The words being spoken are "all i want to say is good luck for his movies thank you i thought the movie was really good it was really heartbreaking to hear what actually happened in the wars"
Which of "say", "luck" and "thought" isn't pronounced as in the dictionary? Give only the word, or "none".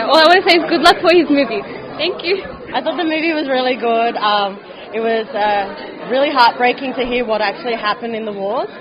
none